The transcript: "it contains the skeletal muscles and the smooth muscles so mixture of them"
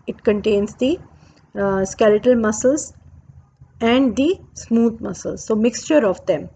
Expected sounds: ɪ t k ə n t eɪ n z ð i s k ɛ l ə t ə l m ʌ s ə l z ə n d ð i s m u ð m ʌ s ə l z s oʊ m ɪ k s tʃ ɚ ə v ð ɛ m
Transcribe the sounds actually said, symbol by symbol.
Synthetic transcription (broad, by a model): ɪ t k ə n t eɪ n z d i s k ɛ l ə t ə l m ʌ s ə l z ə n d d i s m u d m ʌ s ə l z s oʊ m ɪ k s tʃ ɚ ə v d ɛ m